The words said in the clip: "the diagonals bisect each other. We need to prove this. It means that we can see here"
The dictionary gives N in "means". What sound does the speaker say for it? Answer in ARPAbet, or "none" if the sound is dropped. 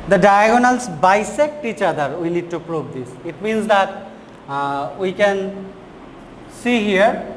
N